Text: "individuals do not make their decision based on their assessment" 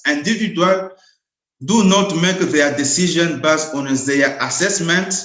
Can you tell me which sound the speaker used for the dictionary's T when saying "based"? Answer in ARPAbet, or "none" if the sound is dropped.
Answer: none